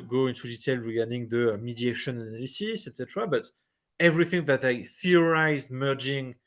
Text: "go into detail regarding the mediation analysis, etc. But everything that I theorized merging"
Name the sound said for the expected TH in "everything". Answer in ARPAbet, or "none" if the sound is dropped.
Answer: TH